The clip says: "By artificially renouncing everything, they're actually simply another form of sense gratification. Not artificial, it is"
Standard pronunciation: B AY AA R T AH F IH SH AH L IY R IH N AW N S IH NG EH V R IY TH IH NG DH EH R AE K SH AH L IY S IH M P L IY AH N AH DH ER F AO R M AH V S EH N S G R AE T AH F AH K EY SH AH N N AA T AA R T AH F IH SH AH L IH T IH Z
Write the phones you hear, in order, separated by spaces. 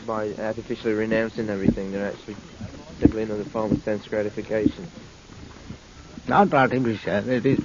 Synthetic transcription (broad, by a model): B AY AA R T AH F IH SH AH L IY R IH N AW N S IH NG EH V R IY TH IH NG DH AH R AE K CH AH L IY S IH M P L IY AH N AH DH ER F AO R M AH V S EH N S G R AE T AH F AH K EY SH AH N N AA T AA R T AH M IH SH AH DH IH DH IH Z